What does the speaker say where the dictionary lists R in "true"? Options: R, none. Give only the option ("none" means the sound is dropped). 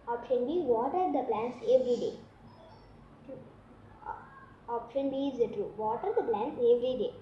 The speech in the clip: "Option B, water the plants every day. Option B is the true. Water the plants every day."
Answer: R